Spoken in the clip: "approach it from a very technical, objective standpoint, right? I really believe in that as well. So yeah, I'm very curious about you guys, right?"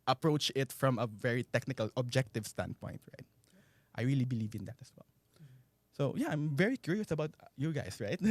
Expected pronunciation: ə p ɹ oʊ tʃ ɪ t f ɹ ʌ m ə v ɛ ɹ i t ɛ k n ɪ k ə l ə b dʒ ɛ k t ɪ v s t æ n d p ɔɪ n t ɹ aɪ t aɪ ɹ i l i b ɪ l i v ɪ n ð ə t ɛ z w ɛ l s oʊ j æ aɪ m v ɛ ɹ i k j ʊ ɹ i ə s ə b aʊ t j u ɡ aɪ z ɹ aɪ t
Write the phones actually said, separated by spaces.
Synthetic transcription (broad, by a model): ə p ɹ oʊ tʃ ɪ t f ɹ ʌ m ə v ɛ ɹ i t ɛ k n ɪ k ə l ə b dʒ ɛ k t ɪ v s t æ n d p ɔɪ n t ɹ aɪ t aɪ ɹ i l i b ɪ l i v ɪ n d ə t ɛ s w ɛ l s oʊ j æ aɪ m v ɛ ɹ i k j ʊ ɹ i ə s ə b aʊ t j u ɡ aɪ s ɹ aɪ t